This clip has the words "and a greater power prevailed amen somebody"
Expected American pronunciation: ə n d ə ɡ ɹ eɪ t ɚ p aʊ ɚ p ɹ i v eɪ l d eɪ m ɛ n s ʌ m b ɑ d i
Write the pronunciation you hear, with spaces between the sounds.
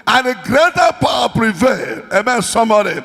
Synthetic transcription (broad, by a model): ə n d ə ɡ ɹ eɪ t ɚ p aʊ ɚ p ɹ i v eɪ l eɪ m ɛ n s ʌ m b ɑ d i